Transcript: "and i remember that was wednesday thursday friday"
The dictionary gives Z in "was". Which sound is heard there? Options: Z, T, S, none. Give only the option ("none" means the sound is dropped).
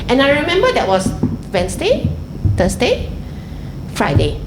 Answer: S